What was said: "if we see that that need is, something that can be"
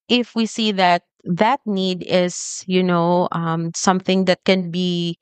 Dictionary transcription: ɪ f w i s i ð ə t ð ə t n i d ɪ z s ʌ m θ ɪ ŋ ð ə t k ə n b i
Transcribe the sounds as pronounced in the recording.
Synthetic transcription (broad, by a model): ɪ f w i s i ð ə t ð ə t n i d ɪ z s ʌ m θ ɪ ŋ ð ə t k ə n b i